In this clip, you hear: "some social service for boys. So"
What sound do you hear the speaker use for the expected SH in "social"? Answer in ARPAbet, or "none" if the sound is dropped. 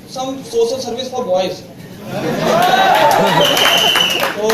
S